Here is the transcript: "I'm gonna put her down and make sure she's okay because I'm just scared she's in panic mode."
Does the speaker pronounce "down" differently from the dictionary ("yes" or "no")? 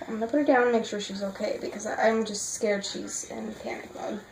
yes